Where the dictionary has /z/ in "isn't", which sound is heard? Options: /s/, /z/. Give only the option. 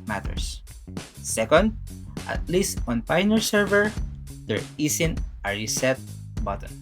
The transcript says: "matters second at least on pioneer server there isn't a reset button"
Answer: /s/